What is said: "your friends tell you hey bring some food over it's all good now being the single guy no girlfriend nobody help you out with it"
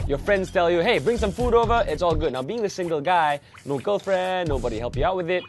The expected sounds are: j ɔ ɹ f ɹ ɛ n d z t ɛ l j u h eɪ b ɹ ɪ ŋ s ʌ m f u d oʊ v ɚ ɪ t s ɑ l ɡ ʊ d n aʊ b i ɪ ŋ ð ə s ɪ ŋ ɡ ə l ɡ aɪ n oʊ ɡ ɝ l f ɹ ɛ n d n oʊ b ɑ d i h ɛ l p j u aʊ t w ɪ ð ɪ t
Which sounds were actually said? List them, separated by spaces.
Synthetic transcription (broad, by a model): j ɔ f ɹ ɛ n d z t ɛ l j u h eɪ b ɹ ɪ ŋ s ʌ m f u d oʊ v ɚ ɪ t s ɑ l ɡ ʊ d n aʊ b i ɪ ŋ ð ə s ɪ ŋ ɡ ə l ɡ aɪ n oʊ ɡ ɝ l f ɹ ɛ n n oʊ b ɑ d i h ɛ l p j u aʊ t w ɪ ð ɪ t